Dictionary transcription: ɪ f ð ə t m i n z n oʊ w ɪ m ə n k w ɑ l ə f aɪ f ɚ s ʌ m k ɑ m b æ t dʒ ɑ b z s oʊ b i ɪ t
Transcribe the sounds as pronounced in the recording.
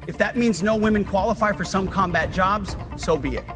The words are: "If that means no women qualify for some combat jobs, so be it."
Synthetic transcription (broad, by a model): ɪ f ð ə t m i n z n oʊ w ɪ m ə n k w ɑ l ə f aɪ f ɚ s ʌ m k ɑ m b æ t dʒ ɑ b z s oʊ b i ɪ t